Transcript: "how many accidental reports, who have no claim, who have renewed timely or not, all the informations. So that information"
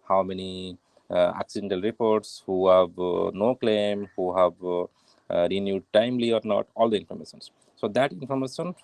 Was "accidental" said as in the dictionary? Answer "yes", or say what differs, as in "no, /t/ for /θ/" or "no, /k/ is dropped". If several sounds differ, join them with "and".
yes